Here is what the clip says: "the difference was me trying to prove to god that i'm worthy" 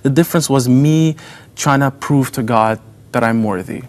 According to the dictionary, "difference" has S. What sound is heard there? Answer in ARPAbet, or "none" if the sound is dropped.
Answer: S